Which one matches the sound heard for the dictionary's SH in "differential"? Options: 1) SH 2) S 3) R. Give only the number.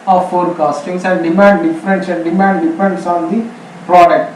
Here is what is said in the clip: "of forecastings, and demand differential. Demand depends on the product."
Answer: 2